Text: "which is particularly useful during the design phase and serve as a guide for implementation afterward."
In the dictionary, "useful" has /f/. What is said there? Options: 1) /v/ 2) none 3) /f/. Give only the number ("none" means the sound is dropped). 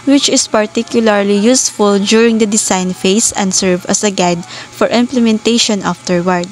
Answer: 3